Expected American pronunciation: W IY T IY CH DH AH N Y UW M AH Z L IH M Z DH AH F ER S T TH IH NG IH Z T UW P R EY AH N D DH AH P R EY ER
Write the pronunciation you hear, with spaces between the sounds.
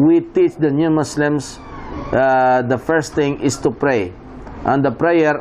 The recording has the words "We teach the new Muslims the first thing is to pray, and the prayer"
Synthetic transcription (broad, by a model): W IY T IY CH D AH N Y UW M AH S L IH M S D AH F ER S T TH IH NG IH S T UW P R EY AH N D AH P R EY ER